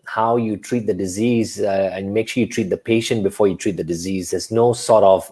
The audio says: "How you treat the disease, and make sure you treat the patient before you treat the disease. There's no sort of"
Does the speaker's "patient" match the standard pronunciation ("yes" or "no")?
yes